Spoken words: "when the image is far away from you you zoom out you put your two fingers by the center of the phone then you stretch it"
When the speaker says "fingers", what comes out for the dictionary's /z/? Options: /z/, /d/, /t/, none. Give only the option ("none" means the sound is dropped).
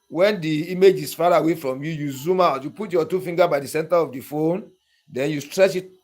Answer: none